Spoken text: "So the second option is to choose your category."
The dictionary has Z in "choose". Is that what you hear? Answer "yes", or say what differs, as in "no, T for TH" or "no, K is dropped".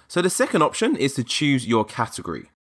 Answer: yes